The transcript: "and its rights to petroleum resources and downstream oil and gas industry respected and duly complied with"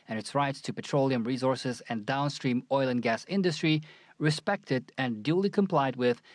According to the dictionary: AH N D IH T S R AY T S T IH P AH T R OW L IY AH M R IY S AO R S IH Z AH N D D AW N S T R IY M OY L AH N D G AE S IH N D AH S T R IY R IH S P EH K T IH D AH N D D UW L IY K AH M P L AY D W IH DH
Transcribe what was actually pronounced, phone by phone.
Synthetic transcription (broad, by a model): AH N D IH T S R AY T S T IH P AH T R OW L IY AH M R IY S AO R S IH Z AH N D D AW N S T R IY M OY L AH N G AE S IH N D AH S T R IY R IH S P EH K T IH D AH N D D UW L IY K AH M P L AY D W IH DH